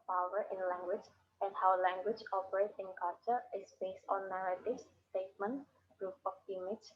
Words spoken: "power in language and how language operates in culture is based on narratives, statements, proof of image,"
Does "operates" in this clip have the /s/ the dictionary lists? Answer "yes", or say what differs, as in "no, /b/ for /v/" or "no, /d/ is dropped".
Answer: no, /s/ is dropped